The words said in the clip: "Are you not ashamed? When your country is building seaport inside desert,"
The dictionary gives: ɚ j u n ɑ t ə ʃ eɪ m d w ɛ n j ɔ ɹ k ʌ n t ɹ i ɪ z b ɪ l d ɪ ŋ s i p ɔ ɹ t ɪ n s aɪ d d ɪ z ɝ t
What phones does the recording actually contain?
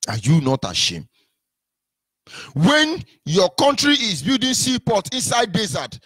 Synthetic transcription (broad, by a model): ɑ j u n ɑ t ə ʃ eɪ m d w ɛ n j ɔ k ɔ n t ɹ i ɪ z b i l d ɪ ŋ s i p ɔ t ɪ n s aɪ d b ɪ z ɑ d